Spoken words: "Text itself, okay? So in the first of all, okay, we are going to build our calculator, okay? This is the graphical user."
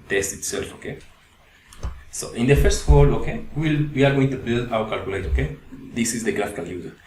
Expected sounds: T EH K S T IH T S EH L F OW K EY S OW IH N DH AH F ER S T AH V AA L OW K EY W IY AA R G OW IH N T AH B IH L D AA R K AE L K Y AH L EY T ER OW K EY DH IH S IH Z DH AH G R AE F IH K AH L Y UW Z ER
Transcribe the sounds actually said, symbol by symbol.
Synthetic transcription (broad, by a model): T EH S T IH T S EH L F OW K EY S OW IH N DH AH F ER S T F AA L OW K EY W IY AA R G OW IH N T AH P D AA W K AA L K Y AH L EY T OW K EY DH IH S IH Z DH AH G R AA F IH K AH L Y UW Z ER